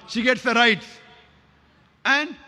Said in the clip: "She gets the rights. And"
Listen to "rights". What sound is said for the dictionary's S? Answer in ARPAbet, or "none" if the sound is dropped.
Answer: none